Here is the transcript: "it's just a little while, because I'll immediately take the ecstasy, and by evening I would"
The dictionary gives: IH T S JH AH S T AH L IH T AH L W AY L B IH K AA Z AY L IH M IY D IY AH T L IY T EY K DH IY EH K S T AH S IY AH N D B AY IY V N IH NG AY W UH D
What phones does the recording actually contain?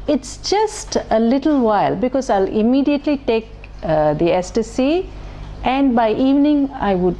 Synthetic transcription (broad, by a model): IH T S JH AH S T AH L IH T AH L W AY L B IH K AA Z AY L IH M IY D IY AH T L IY T EY K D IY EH S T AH S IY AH N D B AY IY V N IH NG AY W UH D